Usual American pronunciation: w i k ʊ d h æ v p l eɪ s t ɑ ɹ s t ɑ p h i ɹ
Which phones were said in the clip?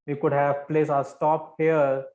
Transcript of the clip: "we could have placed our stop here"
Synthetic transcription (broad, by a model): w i k ʊ d h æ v p l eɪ s ɑ s t ɑ p h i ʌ